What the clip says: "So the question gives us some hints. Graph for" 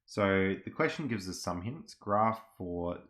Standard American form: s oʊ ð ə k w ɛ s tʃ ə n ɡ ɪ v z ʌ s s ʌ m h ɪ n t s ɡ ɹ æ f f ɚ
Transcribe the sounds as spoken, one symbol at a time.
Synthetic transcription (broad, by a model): s oʊ ð ə k w ɛ s tʃ ə n ɡ ɪ v z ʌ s s ʌ m h ɪ n t s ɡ ɹ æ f f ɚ